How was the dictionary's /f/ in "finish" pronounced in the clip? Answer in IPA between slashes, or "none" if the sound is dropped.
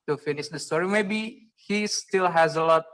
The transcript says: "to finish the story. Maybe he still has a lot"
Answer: /f/